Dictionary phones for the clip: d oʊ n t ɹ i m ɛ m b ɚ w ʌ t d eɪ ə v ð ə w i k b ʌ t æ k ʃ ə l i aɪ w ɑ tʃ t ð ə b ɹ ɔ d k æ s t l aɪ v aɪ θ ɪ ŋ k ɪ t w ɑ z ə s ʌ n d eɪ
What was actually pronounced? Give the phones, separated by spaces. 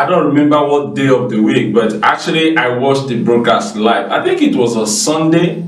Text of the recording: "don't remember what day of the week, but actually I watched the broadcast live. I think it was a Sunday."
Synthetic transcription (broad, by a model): d oʊ n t ɹ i m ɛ m b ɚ w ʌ t d eɪ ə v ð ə w i k b ʌ t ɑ k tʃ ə l i aɪ w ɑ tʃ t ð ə b ɹ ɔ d k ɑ s t l aɪ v aɪ θ ɪ ŋ k ɪ t w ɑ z ə s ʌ n d eɪ